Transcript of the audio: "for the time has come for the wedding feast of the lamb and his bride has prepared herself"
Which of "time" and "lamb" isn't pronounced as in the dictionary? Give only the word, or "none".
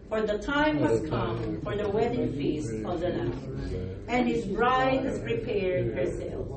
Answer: lamb